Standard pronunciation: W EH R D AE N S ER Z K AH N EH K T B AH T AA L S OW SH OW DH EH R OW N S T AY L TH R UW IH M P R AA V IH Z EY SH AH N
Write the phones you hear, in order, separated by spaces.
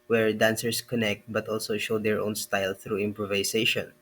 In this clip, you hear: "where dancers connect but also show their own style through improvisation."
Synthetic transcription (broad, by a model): W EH R D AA N S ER S K AH N EH K T B AH T AA L S OW SH OW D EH R OW N S T AY L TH R UW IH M P R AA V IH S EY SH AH N